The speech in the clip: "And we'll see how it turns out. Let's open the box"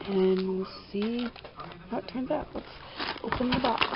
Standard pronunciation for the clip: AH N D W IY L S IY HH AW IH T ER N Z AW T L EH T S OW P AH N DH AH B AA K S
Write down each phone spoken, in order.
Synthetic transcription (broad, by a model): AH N W IY L S IY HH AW IH T ER N Z AW T W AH T S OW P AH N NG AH B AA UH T